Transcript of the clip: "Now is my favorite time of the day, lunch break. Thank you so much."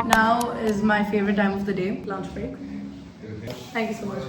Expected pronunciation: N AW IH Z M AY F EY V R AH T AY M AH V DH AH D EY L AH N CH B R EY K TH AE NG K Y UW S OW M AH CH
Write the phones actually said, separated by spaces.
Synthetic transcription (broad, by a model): N AW IH Z M AY F EY V R AH T AY M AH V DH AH D EY L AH N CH B R EY K T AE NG K Y UW S OW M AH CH